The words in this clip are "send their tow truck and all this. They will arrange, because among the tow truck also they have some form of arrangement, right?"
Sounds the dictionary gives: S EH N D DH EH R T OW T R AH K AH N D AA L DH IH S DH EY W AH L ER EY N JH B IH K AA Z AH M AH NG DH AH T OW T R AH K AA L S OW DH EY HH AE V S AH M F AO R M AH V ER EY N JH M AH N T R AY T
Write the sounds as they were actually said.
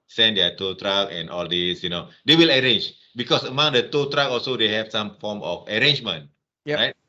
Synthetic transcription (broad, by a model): S EH N D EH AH T OW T R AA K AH N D AA L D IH S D EY W AH L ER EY N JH B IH K AA S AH M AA NG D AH T OW T R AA K AA L S OW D EY HH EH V S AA M F AO M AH F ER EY N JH M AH N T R AY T